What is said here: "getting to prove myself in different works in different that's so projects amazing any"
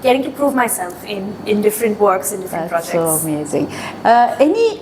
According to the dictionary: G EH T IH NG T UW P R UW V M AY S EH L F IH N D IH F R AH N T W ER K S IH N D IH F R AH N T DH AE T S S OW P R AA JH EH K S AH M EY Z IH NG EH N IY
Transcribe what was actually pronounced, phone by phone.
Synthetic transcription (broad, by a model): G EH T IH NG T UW P R UW V M AY S EH L F IH N D IH F R AH N T W ER K S IH N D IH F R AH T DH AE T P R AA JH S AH M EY Z IH NG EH N IY